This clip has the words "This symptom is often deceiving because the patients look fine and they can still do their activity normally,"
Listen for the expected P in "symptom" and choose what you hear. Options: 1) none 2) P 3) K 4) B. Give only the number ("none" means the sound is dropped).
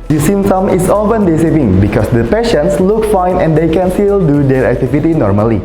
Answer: 1